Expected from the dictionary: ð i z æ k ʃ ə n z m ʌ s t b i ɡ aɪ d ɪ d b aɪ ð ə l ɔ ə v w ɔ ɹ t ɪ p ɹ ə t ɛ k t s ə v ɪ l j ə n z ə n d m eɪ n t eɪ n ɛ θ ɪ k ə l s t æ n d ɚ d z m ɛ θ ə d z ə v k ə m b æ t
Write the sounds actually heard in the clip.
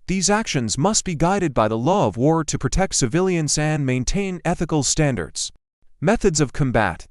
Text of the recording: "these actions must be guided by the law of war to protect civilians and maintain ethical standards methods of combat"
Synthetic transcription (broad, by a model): ð i z æ k ʃ ə n z m ʌ s t b i ɡ aɪ d ɪ d b aɪ ð ə l ɔ ə v w ɔ ɹ t ɪ p ɹ ə t ɛ k t s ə v ɪ l j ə n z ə n m eɪ n t eɪ n ɛ θ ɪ k l s t æ n d ɚ d z m ɛ θ ə d z ə v k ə m b æ t